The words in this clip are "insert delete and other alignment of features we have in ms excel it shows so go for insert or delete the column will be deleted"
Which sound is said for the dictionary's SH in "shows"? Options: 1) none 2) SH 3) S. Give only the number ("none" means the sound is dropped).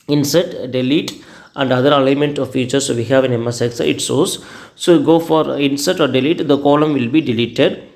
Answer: 3